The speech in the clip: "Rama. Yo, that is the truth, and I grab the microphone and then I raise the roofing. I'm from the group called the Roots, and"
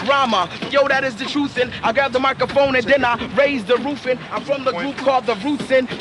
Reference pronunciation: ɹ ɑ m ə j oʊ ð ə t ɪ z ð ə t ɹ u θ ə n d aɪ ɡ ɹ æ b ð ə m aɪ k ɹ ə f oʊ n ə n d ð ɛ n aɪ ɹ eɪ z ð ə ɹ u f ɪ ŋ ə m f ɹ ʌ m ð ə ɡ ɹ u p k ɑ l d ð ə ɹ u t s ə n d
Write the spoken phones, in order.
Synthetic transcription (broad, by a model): ɹ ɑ m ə j oʊ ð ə t ɪ z ð ə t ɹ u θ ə n aɪ ɡ ɑ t ð ə m aɪ k ɹ ə f oʊ n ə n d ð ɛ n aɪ ɹ eɪ z ð ə ɹ u f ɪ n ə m f ɹ ʌ m ð ə ɡ ɹ u p k ɑ l d ð ə ɹ u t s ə n